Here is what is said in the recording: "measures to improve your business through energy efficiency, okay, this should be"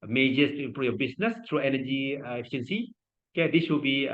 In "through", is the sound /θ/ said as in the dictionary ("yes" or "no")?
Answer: no